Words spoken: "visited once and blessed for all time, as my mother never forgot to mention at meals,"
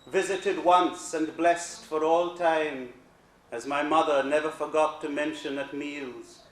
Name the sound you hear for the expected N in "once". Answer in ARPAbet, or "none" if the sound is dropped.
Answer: N